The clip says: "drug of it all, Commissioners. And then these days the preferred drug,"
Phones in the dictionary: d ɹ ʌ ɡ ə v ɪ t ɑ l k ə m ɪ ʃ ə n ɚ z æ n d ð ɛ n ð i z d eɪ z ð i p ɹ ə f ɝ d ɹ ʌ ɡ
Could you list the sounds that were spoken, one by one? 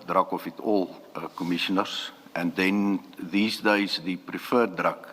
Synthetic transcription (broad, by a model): d ɹ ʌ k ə f ɪ t ɑ l k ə m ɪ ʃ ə n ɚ s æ n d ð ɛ n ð i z d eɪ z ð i p ɹ ə f ɝ d ɹ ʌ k